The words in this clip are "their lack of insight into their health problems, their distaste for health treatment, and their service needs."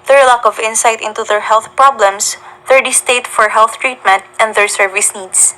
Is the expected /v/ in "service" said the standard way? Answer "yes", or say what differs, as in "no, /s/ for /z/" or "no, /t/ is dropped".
yes